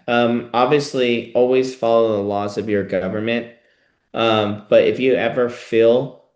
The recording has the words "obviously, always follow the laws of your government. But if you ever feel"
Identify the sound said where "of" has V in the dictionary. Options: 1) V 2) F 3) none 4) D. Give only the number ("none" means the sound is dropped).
1